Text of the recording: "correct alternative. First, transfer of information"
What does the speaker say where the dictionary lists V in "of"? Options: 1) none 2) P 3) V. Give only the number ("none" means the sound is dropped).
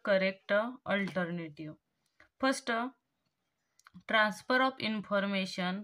2